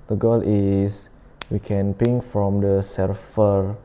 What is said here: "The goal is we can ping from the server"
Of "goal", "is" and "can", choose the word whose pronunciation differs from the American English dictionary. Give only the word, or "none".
is